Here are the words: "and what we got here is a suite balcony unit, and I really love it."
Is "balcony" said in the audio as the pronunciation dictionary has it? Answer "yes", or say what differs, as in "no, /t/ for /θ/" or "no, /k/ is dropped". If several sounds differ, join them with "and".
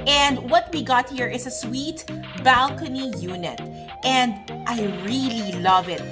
yes